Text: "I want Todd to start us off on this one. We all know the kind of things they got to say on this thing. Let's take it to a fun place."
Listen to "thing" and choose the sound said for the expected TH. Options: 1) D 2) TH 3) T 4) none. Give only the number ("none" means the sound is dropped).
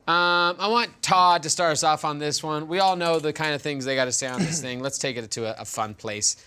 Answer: 2